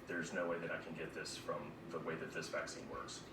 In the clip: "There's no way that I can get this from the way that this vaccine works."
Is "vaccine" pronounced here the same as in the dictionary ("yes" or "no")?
yes